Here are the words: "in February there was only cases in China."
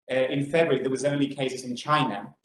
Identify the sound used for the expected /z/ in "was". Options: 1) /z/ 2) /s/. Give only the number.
1